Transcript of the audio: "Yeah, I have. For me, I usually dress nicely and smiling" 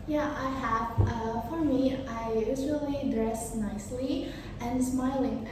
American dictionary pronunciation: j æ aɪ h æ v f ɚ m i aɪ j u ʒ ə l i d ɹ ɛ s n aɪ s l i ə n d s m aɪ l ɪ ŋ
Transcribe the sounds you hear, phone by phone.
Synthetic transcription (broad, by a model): j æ aɪ h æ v f ɚ m i aɪ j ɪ z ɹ l i d ɹ ɛ s n aɪ s l i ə n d s m aɪ l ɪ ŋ